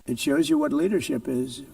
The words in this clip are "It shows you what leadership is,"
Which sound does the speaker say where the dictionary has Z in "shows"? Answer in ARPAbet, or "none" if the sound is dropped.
Z